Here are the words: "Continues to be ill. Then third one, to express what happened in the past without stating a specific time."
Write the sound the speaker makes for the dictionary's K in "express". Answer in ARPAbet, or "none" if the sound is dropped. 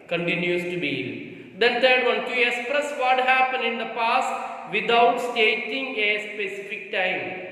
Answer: none